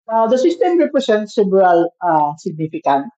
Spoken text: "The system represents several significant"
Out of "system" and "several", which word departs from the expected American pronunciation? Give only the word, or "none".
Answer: several